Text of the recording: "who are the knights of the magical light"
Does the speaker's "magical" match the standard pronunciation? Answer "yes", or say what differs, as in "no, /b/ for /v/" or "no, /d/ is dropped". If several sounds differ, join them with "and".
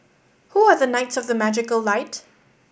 yes